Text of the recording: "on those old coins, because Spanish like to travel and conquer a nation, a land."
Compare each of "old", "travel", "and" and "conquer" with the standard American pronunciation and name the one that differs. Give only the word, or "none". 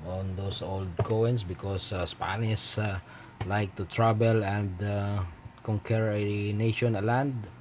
travel